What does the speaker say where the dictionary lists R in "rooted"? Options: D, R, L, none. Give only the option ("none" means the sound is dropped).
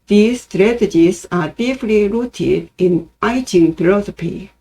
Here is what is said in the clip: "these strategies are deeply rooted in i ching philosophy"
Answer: R